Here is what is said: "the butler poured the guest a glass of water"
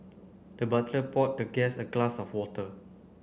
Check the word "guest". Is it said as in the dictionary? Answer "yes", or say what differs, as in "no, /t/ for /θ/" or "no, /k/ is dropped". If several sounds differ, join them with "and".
no, /t/ is dropped